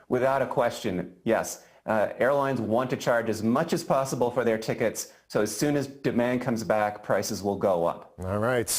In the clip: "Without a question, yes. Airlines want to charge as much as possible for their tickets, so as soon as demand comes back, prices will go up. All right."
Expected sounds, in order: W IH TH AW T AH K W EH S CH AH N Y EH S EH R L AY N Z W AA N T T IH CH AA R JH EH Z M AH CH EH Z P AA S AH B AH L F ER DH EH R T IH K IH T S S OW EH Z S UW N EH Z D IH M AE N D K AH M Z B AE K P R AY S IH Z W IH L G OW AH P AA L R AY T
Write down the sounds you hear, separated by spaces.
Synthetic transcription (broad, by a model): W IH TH AW T AH K W EH S CH AH N Y EH S EH R L AY N Z W AA N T T IH CH AA R JH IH Z M AH CH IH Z P AA S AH B L F ER DH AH R T IH K IH T S S OW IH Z S UW N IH Z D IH M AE N K AH M Z B AE K P R AY S IH Z W IH L G OW AH P AA L R AY T